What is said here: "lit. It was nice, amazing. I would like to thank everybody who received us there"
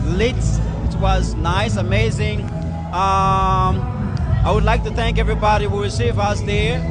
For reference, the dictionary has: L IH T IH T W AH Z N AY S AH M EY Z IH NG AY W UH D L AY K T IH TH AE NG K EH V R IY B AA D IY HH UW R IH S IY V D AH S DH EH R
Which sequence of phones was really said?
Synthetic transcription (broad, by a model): L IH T IH T W AH Z N AY S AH M EY Z IH NG AY W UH D L AY K T IH TH AE NG K EH V R IY B AA D IY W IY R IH S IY V AH S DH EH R